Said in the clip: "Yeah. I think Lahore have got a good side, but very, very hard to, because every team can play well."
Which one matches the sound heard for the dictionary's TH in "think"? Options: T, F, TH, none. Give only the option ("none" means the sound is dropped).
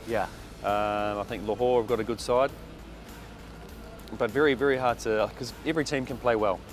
TH